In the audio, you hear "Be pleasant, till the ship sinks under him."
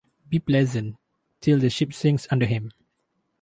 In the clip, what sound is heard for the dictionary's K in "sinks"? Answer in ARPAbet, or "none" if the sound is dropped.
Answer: none